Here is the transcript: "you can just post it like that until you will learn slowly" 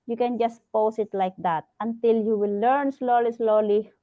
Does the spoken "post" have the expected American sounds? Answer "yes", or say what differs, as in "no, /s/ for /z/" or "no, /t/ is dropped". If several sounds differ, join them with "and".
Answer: no, /t/ is dropped